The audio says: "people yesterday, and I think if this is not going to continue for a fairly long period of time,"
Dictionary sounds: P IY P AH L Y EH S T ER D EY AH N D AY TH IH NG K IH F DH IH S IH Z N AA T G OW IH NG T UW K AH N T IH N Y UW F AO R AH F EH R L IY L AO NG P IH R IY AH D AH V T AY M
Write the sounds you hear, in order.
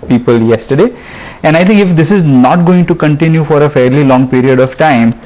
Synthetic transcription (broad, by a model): P IY P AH L Y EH S T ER D EY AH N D AY T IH NG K IH F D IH S IH Z N AA T G OW IH NG T UW K AH N T IH N Y UW F AO R AH F EH R L IY L AO NG P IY R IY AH D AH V T AY M